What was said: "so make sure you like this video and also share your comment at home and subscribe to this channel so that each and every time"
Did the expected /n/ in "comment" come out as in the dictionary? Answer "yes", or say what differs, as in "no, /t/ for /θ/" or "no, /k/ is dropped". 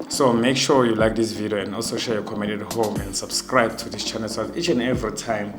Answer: no, /n/ is dropped